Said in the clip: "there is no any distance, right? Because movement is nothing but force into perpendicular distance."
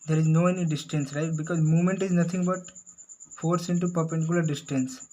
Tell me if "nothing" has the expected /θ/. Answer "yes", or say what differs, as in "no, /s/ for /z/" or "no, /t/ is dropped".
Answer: no, /t/ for /θ/